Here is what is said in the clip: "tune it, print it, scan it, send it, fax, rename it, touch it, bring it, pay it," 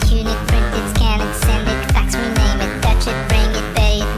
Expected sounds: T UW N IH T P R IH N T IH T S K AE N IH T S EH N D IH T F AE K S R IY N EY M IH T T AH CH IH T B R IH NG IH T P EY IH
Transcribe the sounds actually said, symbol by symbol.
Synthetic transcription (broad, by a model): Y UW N IH T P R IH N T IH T S K AE N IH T S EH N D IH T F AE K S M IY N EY M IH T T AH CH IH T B R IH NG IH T B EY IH